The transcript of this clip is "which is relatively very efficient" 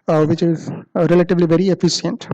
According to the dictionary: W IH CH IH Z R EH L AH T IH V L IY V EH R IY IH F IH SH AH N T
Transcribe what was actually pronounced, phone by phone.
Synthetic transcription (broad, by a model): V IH CH IH Z R EH L AH T IH V L IY V EH R IY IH F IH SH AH N T